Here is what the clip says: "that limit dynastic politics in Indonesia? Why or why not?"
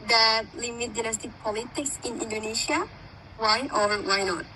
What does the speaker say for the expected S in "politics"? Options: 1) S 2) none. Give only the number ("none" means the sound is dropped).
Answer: 1